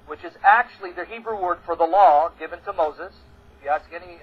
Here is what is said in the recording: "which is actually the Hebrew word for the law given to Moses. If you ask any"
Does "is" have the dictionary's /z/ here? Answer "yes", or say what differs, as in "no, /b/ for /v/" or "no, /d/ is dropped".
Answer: yes